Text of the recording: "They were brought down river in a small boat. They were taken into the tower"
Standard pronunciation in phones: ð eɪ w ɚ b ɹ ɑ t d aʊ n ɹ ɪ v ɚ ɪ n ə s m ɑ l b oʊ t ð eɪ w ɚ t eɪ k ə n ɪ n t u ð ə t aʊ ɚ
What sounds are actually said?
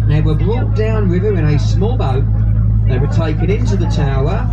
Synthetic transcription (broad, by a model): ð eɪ w ɚ b l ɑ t d aʊ n w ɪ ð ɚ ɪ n ə s m ɑ l b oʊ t ð eɪ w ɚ t eɪ k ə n ɪ n t u ð ə t aʊ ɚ